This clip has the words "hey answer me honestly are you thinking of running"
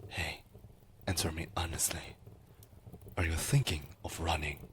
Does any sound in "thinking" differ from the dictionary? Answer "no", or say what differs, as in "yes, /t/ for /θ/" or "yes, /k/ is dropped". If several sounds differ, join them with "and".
no